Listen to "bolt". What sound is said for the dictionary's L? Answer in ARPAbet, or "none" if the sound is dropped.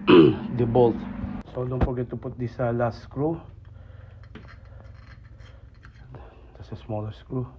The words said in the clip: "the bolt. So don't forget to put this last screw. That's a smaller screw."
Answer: L